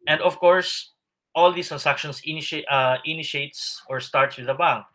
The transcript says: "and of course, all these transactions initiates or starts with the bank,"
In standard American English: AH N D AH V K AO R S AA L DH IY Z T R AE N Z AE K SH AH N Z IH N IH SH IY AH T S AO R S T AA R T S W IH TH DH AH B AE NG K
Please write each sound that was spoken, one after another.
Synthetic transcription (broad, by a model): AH N D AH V K AO R S AA L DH IY S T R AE N S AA K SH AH N S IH N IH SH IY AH T S AO R S T AA R T S W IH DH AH B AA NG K